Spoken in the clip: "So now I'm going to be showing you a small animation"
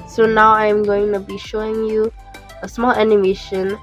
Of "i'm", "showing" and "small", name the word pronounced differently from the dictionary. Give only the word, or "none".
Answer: none